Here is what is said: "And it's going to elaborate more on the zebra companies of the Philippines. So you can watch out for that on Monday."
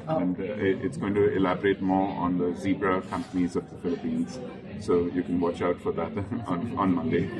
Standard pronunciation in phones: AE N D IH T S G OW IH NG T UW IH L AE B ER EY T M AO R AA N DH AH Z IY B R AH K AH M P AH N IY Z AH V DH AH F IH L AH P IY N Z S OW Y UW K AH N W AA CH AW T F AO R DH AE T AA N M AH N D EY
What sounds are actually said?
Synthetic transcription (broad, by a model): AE N D IH T S G OW IH NG T UW IH L AE B ER EY T M AO R AA N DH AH Z IY B R AH K AH M P AH N IY Z AH V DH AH F IH L AH P IY N Z S OW Y UW K AH N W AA CH AW T F AO R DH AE T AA N M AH N D EY